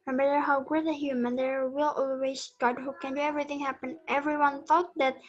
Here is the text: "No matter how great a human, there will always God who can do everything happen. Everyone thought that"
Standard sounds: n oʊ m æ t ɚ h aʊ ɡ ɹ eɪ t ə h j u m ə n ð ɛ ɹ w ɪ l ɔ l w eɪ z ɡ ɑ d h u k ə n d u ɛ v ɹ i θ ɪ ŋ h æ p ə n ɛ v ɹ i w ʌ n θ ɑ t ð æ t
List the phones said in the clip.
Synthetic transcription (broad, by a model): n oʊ m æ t ɚ h aʊ ɡ ʊ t ə h j u m ə n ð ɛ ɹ w ɪ l ɔ l w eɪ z ɡ ɑ d h u k ə n d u ɛ v ɹ i θ ɪ ŋ h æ p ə n ɛ v ɹ i w ʌ n θ ɑ t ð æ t